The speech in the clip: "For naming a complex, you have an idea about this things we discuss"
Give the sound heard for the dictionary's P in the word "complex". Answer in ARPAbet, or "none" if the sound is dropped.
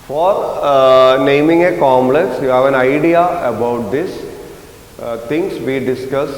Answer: none